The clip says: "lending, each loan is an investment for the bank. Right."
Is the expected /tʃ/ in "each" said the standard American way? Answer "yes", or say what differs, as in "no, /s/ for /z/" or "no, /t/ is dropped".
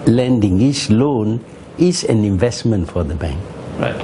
no, /s/ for /tʃ/